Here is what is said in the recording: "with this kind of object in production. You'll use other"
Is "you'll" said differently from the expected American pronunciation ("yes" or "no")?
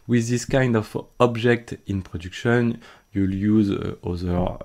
no